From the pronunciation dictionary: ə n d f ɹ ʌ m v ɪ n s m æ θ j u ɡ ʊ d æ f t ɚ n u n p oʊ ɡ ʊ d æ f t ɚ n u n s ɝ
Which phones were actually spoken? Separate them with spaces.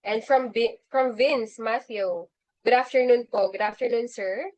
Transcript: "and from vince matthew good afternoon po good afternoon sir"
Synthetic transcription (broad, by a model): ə n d f ɹ ʌ m v ɪ n s m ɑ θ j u ɡ ʊ d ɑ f t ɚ n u n p oʊ ɡ ʊ d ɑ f t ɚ n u n s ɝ